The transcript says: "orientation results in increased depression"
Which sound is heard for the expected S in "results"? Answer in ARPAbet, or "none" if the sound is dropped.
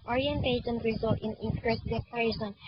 none